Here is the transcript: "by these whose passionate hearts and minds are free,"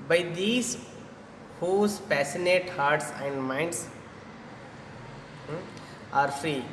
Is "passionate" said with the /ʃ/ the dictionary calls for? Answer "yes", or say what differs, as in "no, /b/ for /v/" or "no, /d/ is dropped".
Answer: no, /s/ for /ʃ/